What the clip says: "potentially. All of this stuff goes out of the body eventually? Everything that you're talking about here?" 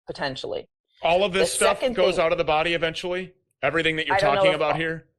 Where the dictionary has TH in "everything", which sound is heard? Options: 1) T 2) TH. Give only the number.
2